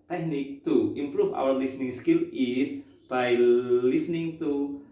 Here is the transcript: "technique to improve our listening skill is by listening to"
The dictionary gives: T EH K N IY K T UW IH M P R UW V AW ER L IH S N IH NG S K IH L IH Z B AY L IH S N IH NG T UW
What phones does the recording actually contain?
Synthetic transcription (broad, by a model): T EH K N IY K T UW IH M P R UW F AW ER L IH S N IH NG S K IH L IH S B AY L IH S N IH NG T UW